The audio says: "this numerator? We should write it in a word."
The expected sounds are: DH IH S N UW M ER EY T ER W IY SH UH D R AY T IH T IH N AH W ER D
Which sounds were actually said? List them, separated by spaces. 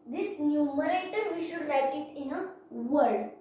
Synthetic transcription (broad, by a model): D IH S N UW M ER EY T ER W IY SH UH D L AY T IH T IH N AH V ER D